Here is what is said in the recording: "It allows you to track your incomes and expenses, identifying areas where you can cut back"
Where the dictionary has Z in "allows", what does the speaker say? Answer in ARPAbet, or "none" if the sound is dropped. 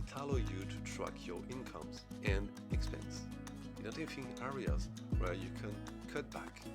none